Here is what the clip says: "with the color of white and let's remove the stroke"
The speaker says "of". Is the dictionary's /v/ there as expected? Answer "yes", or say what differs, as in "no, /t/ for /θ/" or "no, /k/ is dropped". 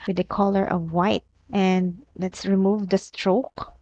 yes